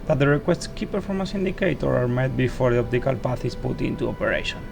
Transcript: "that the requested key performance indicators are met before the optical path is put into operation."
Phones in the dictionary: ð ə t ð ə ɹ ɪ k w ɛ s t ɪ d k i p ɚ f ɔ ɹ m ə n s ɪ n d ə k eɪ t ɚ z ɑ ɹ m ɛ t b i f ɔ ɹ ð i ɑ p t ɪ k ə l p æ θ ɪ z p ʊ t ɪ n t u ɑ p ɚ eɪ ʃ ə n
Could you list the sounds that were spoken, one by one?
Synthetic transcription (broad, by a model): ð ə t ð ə ɹ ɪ k w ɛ s t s k i p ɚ f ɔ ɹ m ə s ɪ n d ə k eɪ t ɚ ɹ ɑ ɹ m ɛ t b i f ɔ ɹ ð i ɑ p t ɪ k ə l p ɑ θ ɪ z p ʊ t ɪ n t u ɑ p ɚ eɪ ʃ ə n